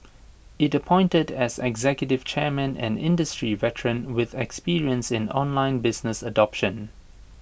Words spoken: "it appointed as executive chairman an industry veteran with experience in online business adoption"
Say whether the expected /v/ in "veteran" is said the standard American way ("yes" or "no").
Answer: yes